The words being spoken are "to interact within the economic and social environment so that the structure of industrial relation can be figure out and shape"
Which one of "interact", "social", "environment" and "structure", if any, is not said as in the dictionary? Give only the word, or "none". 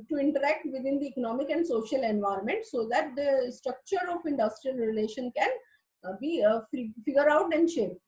none